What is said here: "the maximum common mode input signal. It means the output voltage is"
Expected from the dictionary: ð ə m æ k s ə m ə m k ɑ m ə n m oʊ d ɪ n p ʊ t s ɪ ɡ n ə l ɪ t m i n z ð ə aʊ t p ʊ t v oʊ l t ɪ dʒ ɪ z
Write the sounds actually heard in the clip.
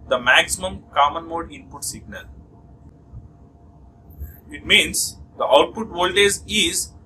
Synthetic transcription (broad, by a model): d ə m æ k s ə m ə m k ɑ m ə n m oʊ d ɪ n p ʊ t s ɪ ɡ n ə l ɪ t m i n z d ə aʊ t p ʊ t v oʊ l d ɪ z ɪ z